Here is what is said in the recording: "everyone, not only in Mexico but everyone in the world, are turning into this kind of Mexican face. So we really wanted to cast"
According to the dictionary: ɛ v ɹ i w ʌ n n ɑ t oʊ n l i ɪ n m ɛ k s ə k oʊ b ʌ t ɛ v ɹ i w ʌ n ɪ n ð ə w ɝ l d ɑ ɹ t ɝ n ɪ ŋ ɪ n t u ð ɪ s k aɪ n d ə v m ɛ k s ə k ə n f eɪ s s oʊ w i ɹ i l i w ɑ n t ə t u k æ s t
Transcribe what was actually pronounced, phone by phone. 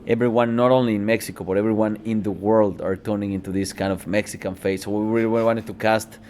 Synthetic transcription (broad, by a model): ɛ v ɹ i w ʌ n n ɑ t oʊ n l i ɪ n m ɛ k s ə k oʊ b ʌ t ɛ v ɹ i w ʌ n ɪ n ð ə w ɝ l d ɑ ɹ t ɝ n ɪ ŋ ɪ n t u ð ɪ s k aɪ n d ə v m ɛ k s ə k ə n f eɪ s s oʊ w i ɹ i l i w ɑ n t ə t u k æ s t